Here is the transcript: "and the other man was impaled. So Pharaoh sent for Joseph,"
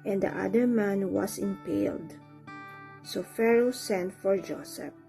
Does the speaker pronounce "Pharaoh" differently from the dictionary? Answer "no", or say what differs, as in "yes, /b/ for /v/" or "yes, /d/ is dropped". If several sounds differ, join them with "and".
no